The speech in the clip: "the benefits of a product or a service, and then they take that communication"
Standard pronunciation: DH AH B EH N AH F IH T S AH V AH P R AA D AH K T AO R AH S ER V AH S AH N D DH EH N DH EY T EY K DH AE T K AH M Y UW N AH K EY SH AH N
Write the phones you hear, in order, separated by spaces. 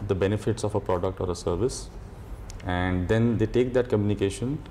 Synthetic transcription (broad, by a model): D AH B EH N AH F IH T S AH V AH P R AA D AH K T AO R AH S ER V AH S AH N D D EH N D EY T EY K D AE T K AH M Y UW N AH K EY SH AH N